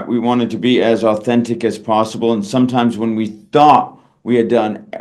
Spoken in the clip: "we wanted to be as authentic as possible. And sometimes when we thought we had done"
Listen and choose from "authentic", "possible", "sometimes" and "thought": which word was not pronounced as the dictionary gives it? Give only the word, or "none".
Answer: none